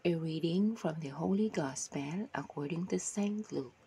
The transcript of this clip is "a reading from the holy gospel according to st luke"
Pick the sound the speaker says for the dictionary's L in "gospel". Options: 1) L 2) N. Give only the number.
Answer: 2